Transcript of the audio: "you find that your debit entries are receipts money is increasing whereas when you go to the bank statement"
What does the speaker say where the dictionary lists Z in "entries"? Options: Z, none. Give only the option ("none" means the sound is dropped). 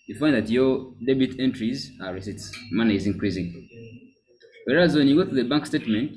Z